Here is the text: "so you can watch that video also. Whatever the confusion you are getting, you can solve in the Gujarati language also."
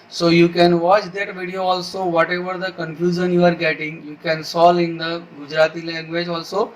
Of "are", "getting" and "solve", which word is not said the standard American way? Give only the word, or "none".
solve